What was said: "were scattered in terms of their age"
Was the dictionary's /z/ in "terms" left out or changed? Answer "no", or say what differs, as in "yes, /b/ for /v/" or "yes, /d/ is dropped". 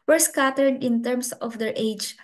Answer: yes, /s/ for /z/